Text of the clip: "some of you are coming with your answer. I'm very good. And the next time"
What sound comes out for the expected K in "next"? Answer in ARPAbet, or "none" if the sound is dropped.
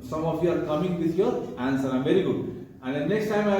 K